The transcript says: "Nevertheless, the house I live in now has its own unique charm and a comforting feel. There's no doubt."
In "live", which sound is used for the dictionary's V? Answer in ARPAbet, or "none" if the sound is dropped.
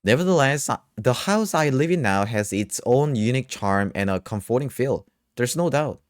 V